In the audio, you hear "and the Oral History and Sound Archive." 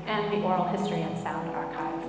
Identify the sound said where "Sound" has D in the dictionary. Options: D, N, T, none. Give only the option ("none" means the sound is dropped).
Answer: D